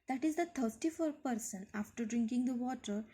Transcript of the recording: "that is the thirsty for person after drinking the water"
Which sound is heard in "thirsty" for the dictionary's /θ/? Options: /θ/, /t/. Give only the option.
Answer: /t/